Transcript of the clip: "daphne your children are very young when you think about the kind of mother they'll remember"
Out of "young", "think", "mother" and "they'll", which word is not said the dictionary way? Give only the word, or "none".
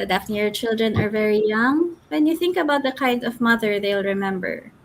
none